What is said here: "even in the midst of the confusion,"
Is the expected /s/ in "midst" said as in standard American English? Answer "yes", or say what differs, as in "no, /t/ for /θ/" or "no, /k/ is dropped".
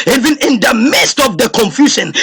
yes